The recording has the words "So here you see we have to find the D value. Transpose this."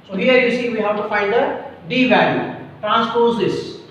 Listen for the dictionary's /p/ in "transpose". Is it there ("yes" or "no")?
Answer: yes